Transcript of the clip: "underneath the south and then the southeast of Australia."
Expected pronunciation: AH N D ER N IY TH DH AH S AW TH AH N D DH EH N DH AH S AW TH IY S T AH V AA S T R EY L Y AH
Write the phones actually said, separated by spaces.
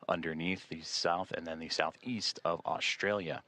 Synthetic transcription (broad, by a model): AH N D ER N IY TH DH AH S AW TH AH N DH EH N DH AH S AW TH IY S T AH V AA S T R EY L Y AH